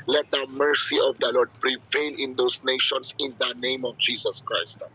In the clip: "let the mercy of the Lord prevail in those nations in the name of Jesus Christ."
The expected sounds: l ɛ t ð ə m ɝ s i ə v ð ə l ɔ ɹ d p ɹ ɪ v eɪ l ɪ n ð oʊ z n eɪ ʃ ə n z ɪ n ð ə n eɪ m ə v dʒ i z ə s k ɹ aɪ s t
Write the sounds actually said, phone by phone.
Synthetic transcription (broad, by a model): l ɛ t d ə m ɝ s i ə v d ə l ɔ ɹ d p ɹ ɪ v eɪ l ɪ n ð oʊ s n eɪ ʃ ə n s ɪ n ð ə n eɪ m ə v dʒ i s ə s k ɹ aɪ s t